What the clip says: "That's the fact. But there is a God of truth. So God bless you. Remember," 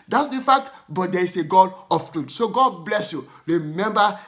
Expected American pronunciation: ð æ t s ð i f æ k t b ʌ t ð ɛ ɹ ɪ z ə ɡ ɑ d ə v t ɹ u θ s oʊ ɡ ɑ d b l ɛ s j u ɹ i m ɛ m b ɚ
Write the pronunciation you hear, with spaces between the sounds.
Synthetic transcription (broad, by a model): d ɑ t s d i f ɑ k t b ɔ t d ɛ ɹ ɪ s ə ɡ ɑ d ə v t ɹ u t s oʊ ɡ ɑ d b l ɛ s j u ɹ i m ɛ m b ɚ